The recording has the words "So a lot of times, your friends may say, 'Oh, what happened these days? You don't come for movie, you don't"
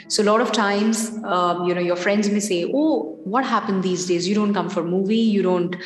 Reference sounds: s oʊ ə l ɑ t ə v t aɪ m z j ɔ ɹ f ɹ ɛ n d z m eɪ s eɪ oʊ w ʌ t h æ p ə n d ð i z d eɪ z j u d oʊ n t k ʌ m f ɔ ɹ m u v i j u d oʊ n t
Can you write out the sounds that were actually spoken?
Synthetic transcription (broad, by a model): s oʊ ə l ɑ t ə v t aɪ m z j ɔ ɹ f ɹ ɛ n d z m eɪ s eɪ oʊ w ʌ t h æ p ə n d i z d eɪ z j u d oʊ n t k ʌ m f ɔ ɹ m u v i j u d oʊ n t